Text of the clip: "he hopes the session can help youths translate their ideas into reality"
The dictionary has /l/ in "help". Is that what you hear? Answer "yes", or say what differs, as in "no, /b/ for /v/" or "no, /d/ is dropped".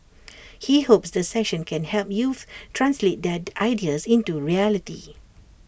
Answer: yes